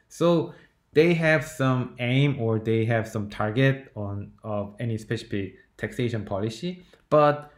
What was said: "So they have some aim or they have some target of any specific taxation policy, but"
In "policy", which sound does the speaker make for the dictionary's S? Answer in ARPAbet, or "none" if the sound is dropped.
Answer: S